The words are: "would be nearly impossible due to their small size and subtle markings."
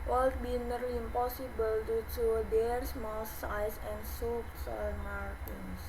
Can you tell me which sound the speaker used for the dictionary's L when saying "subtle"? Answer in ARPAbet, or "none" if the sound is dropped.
N